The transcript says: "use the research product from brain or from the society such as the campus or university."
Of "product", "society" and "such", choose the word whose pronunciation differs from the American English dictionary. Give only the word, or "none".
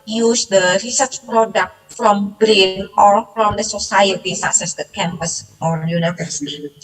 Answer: such